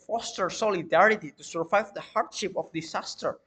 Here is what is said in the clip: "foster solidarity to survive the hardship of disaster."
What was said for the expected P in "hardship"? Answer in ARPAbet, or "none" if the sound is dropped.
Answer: P